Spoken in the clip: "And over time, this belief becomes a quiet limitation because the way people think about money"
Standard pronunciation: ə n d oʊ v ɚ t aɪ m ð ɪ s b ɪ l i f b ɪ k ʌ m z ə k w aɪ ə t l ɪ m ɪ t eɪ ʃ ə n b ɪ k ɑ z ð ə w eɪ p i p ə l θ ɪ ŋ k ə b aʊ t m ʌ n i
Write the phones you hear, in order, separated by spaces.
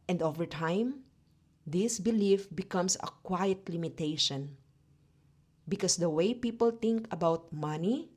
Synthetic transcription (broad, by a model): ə n d oʊ v ɚ t aɪ m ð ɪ s b ɪ l i f b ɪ k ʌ m s ə k w aɪ ə t l ɪ m ɪ t eɪ ʃ ə n b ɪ k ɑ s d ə w eɪ p i p ə l t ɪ ŋ k ə b aʊ t m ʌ n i